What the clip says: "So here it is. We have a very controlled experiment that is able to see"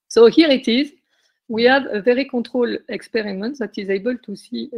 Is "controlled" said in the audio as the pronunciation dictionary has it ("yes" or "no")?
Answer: no